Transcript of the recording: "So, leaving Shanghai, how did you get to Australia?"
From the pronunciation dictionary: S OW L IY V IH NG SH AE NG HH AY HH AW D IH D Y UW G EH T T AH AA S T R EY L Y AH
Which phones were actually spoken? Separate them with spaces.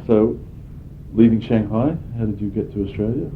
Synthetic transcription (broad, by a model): S OW L IY V IH NG SH AE NG HH AY HH AW D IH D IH G EH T T AH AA S T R EY L Y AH